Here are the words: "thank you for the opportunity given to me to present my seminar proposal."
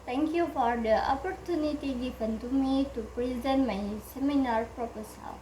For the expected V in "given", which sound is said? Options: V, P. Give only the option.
P